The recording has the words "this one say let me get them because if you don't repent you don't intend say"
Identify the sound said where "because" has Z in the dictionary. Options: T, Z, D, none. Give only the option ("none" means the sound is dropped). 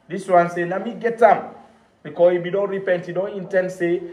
none